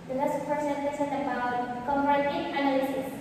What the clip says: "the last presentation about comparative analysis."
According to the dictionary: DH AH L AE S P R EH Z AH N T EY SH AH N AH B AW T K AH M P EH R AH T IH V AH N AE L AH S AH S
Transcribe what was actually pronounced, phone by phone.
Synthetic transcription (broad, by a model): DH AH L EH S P EH S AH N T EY S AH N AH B AW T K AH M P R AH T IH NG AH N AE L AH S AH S